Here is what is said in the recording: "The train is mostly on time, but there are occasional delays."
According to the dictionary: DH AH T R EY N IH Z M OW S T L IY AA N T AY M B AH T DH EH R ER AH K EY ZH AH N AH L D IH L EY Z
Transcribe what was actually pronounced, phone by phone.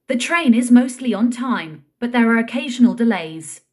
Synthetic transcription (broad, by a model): DH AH T R EY N IH Z M OW S T L IY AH N T AY M B AH T DH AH R ER AH K EY ZH AH N AH L D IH L EY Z